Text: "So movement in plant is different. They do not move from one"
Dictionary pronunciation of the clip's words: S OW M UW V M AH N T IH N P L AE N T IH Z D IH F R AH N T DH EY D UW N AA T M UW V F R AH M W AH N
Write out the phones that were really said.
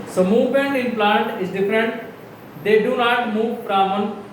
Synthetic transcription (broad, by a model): S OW M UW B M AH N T IH N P L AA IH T IH Z D IH F R AH N T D EY D UW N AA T M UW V P R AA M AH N